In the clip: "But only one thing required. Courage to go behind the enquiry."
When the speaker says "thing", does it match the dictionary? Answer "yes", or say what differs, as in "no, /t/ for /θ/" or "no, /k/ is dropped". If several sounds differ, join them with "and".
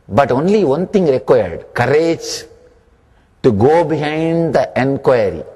no, /t/ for /θ/